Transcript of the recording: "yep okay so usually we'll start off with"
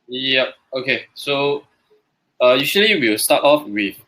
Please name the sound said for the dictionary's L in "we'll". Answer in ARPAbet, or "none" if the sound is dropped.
W